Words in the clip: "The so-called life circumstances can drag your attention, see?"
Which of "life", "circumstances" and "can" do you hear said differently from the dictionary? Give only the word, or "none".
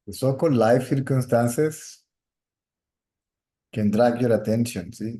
circumstances